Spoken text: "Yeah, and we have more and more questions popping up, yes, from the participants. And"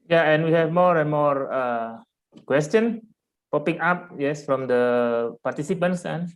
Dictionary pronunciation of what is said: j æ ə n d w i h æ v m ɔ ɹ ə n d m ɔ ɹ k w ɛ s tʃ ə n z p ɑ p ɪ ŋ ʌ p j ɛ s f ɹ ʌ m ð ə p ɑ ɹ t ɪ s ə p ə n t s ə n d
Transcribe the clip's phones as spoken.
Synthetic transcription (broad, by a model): j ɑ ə n w i h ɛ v m ɔ ɹ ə n m ɔ ɹ k w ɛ s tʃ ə n p ɑ p ɪ ŋ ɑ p j ɛ s f ɹ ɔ m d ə p ɑ ɹ t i s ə p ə n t s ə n